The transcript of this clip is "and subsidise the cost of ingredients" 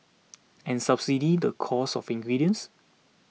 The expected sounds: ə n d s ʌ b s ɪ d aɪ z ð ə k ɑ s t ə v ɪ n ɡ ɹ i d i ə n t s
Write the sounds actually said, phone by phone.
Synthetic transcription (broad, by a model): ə n s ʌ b s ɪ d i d ə k ɑ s ə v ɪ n ɡ ɹ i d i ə n s